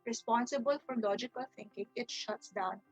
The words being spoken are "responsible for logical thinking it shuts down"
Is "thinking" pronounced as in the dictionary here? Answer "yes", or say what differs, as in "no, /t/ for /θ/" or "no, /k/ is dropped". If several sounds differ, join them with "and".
no, /t/ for /θ/